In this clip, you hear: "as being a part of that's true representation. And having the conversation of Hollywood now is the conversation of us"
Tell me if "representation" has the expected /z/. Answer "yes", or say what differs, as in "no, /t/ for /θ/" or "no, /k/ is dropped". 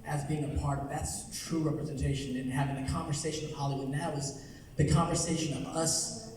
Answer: yes